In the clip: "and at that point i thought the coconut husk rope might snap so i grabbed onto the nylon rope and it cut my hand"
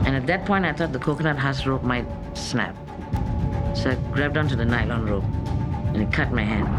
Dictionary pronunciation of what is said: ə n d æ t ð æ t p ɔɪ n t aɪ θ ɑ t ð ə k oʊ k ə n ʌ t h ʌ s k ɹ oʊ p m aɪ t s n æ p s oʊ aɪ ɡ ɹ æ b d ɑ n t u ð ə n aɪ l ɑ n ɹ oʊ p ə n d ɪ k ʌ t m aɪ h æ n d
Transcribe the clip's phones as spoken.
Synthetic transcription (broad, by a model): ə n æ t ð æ t p ɔɪ n t aɪ t ɑ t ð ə k oʊ k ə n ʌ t h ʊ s ɹ oʊ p m aɪ t s n æ p s oʊ aɪ ɡ ɹ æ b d ɑ n t u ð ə n aɪ l ɑ n ɹ oʊ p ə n ɪ k ʌ t m aɪ h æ n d